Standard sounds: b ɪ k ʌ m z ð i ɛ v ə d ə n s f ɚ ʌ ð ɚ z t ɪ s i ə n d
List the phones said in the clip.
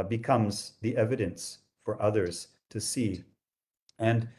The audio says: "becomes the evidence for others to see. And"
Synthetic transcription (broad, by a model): b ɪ k ʌ m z ð i ɛ v ə d ə n s f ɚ ʌ ð ɚ z t ɪ s i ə n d